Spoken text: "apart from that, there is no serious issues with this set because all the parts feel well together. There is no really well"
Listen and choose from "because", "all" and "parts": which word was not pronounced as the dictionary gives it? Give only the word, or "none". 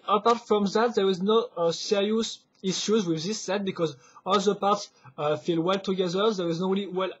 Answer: none